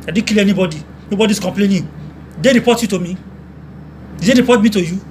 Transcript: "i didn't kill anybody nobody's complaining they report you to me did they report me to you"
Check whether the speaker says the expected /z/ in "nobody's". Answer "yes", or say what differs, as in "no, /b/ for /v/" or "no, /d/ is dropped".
no, /s/ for /z/